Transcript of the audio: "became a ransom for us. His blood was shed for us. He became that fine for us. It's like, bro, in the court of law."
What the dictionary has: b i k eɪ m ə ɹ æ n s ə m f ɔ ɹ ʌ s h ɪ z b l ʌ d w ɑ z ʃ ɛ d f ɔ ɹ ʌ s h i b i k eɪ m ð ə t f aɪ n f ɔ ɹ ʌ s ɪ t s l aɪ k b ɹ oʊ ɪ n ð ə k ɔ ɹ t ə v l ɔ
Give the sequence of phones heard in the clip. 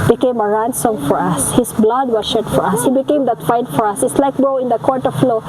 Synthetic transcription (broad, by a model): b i k eɪ m ə ɹ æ n s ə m f ɔ ɹ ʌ s h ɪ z b l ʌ d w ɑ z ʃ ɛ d f ɔ ɹ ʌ s h i b i k eɪ m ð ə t f aɪ n f ɔ ɹ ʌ s ɪ t s l aɪ k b oʊ ɪ n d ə k ɔ ɹ t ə f l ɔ